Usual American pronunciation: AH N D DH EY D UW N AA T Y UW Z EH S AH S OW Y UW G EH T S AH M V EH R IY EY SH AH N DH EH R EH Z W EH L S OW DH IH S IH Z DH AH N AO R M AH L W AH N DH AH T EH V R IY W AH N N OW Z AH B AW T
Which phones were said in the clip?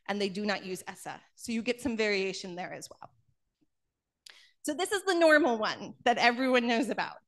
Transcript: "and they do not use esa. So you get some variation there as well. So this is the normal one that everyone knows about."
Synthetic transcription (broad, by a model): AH N DH EY D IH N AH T Y UW Z EH S AH S OW Y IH G EH T S AH M V EH R IY EY SH AH N DH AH R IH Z W EH L S OW DH IH S IH Z DH AH N AO R M L W AH N DH AH T EH V R IY W AH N N OW Z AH B AW T